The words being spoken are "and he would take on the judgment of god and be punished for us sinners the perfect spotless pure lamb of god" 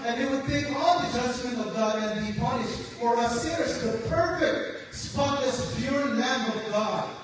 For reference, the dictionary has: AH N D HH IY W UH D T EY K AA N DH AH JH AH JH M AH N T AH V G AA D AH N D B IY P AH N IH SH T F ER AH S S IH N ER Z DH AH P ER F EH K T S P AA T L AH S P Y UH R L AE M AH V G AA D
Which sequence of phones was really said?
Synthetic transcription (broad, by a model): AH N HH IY W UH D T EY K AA L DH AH JH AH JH M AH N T AH V G AA D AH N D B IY P AH N IH SH T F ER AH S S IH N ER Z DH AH P ER F EH K T S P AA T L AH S B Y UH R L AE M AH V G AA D